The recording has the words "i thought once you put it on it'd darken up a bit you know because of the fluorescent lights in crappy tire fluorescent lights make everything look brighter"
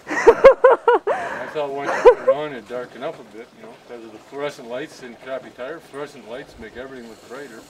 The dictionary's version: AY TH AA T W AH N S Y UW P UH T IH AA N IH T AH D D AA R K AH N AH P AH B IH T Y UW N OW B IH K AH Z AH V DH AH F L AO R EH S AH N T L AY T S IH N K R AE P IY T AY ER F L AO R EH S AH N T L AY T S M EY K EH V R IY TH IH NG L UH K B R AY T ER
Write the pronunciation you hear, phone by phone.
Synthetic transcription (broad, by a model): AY S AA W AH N IH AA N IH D D AA R K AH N AH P AH B IH T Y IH N OW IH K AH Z AH V DH AH F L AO R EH S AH N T L AY T S IH N K R AE P IY T AY ER F L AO R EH S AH N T L AY T S M EY K EH V R IY TH IH NG L UH K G R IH T ER